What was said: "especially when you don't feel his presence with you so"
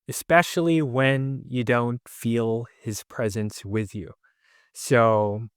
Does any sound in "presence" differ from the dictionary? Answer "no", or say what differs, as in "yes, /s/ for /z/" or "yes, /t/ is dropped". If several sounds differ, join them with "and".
no